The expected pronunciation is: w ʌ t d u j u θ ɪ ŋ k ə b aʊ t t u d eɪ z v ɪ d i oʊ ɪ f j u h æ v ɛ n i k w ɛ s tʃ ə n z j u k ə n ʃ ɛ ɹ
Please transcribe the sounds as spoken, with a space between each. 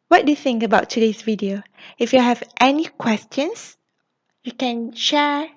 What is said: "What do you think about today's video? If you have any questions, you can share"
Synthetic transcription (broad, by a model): w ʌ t d u j u θ ɪ ŋ k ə b aʊ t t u d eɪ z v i d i oʊ ɪ f j u h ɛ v ɛ n i k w ɛ s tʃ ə n s j u k ə n ʃ ɛ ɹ